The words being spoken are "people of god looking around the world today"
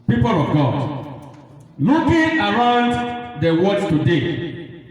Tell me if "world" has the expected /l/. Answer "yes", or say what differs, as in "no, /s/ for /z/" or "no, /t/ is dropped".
no, /l/ is dropped